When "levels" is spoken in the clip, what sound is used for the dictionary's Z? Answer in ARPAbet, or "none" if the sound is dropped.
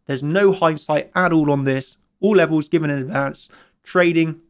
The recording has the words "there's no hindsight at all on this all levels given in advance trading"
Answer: Z